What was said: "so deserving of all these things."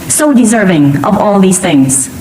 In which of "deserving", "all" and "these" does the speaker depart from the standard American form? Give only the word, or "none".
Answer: none